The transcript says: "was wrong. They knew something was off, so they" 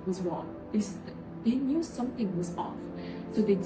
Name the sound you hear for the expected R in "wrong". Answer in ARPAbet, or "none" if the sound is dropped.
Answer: W